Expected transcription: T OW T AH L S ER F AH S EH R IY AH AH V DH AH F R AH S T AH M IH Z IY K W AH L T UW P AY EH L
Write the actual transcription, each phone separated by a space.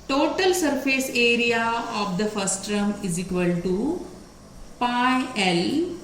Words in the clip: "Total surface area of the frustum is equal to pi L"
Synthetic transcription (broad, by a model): T OW T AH L S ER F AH S EH R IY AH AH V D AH F AH S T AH M IH Z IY K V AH L T UW P AY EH L